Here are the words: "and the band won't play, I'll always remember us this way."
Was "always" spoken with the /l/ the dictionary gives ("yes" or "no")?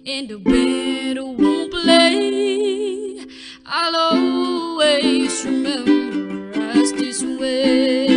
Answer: no